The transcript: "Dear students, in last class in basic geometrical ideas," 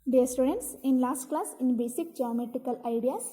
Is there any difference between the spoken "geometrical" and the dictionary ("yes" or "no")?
yes